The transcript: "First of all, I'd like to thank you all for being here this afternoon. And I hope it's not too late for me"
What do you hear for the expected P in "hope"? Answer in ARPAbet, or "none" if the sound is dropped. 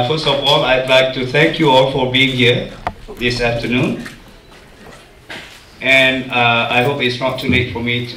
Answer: P